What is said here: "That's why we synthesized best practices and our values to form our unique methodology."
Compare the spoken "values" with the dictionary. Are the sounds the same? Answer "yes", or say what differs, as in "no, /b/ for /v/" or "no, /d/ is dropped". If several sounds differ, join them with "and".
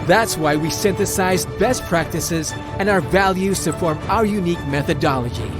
yes